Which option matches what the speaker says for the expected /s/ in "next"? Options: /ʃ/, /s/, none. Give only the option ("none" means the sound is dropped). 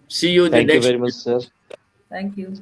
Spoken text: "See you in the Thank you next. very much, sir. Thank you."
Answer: none